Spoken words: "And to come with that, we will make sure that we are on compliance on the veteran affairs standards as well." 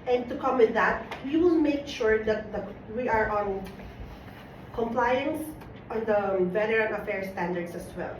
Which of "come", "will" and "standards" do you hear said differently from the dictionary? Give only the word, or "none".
standards